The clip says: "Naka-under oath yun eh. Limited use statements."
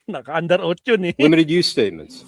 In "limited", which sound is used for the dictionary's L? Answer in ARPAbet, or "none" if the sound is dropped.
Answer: W